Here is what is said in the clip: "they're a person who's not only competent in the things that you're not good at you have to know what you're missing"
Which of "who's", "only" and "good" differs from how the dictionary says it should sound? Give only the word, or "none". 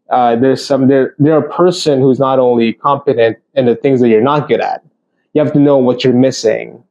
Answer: none